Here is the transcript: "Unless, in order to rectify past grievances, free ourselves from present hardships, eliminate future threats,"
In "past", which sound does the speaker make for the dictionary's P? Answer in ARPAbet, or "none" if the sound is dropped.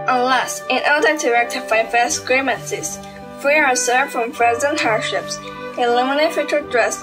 F